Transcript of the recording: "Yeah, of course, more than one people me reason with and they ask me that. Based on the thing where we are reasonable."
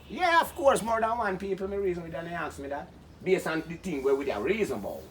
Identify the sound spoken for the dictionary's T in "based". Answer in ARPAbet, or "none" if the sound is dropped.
none